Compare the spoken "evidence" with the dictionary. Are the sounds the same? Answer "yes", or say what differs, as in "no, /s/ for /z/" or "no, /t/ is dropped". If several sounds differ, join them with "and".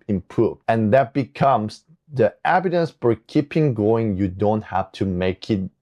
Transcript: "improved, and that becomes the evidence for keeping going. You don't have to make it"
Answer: no, /b/ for /v/